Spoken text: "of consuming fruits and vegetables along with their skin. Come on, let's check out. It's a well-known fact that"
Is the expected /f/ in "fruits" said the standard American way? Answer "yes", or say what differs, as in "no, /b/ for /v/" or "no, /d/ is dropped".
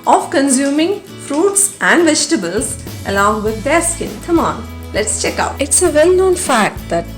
yes